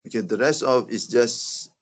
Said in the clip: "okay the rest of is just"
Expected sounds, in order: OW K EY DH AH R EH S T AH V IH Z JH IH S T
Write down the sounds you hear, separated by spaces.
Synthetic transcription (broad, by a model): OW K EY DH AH R EH S T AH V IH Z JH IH S T